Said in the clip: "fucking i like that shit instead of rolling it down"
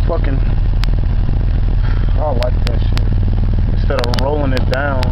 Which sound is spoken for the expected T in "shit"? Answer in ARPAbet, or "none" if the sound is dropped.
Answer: none